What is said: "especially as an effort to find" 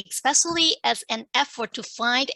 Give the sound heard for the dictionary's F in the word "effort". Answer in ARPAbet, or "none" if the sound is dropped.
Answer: F